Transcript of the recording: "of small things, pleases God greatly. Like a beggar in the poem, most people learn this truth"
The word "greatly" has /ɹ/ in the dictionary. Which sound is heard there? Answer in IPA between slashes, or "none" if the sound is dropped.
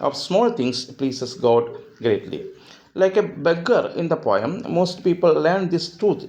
/ɹ/